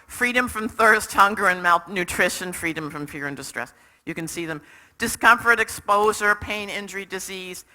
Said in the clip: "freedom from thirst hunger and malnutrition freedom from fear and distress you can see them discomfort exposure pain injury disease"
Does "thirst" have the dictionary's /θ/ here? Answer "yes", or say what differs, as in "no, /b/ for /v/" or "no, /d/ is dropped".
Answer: yes